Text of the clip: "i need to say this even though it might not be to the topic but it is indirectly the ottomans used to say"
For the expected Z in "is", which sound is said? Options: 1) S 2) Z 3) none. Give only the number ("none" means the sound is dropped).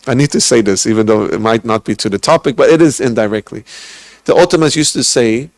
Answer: 2